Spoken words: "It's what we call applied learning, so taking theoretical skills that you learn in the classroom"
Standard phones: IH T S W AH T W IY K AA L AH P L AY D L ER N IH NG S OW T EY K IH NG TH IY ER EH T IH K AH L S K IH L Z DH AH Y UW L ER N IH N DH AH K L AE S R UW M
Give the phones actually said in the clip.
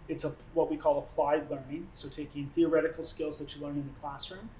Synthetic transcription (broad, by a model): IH T S W AH T W IY K AA L AH P L AY D L ER N IH NG S OW T EY K IH NG TH IY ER EH T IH K L S K IH L Z DH AH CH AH L ER N IH N DH AH K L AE S R UW M